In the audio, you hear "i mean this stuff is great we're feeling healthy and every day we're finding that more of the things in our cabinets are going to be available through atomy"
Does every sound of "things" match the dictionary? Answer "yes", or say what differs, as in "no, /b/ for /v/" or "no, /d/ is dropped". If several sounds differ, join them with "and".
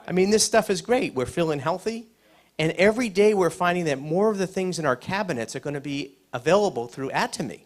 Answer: yes